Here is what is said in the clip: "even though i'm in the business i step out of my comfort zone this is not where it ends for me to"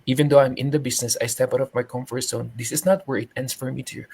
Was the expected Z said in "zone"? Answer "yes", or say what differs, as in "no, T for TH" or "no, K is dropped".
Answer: no, S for Z